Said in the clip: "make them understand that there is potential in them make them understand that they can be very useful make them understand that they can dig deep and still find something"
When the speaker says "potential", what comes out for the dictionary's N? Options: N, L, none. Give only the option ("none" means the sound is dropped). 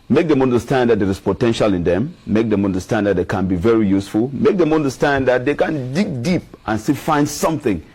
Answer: N